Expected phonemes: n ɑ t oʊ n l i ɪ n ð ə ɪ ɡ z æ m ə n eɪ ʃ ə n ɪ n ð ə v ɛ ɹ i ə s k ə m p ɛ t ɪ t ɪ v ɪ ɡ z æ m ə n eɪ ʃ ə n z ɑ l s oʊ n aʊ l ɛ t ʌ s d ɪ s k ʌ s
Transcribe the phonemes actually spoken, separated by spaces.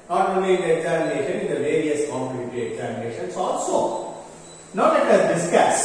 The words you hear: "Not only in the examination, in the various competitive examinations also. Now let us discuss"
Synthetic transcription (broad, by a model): n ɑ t oʊ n l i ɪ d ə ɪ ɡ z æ m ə n eɪ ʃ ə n ɪ n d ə v ɛ ɹ i ə s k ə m u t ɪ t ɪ ɪ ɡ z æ m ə n eɪ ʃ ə n s ɑ l s oʊ n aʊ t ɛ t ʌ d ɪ s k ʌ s